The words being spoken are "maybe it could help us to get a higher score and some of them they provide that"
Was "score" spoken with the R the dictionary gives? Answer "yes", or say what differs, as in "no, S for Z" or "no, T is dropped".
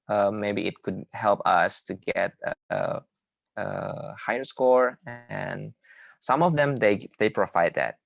yes